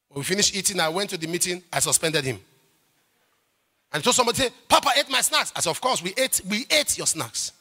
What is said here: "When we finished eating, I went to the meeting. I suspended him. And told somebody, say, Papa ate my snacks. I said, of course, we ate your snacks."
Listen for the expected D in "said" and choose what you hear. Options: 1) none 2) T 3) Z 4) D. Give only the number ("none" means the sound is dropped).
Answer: 1